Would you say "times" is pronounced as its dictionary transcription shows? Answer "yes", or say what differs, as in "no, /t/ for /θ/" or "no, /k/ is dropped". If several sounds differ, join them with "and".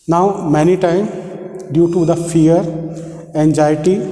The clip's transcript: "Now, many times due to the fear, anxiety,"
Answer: no, /z/ is dropped